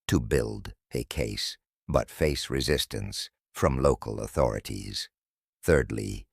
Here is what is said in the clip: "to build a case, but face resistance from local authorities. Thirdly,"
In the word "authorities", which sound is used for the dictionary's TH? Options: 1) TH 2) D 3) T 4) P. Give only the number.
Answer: 1